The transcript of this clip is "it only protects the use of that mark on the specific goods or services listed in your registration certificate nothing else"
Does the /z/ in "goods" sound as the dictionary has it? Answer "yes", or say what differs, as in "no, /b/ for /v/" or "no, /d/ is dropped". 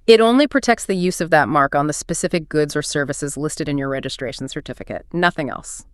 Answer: yes